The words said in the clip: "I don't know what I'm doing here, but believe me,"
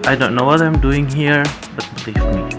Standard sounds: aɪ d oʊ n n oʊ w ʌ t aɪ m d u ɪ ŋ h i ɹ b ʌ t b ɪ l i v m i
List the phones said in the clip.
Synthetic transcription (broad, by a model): aɪ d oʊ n n oʊ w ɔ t aɪ m d u ɪ ŋ h i ɹ b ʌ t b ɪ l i f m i